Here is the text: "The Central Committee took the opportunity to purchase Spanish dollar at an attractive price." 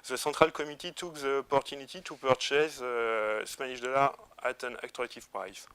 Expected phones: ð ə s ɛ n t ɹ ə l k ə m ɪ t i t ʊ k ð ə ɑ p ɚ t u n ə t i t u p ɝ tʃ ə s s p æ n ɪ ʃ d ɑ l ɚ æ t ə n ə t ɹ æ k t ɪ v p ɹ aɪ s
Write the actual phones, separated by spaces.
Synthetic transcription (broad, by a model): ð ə s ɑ t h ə l k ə m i t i t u k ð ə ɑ p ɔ t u n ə t i t u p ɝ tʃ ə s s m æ n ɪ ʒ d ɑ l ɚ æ t ə n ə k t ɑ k t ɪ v p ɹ aɪ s